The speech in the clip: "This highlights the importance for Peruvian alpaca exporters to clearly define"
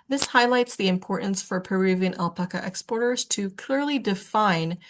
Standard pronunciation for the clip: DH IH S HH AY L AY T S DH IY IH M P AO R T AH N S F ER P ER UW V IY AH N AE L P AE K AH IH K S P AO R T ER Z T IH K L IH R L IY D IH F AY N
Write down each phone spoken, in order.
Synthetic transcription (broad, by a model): DH IH S HH AY L AY T S DH IY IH M P AO R T N S F ER P ER UW V IY AH N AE L P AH K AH IH K S P AO R T ER Z T IH K L IH R L IY D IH F AY N